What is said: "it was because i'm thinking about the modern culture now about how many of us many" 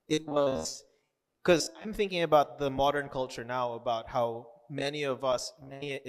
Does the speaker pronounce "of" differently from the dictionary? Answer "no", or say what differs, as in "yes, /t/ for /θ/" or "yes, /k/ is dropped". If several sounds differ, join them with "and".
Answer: no